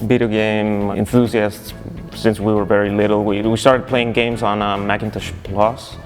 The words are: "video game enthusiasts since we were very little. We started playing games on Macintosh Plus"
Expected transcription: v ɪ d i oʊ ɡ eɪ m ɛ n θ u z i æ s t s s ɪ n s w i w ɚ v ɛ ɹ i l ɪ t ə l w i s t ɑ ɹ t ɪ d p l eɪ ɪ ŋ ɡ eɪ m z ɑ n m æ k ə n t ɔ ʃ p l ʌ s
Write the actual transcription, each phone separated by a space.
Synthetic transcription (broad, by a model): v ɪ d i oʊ ɡ eɪ m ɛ n θ u z i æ s t s s ɪ n s w i w ɚ v ɛ ɹ i l ɪ t l w i s t ɑ ɹ t ɪ d p l eɪ ɪ ŋ ɡ eɪ m z n m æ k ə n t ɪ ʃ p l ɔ s